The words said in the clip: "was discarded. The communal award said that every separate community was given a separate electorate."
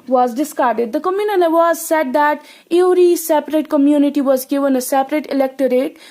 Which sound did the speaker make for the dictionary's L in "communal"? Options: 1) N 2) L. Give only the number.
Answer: 1